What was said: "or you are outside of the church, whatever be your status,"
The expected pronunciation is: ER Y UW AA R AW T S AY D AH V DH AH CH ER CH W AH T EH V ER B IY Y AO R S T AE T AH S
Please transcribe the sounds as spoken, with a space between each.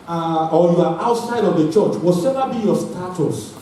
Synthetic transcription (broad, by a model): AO Y UW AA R AW T S AY D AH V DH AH CH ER CH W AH S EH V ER B IY Y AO S T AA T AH S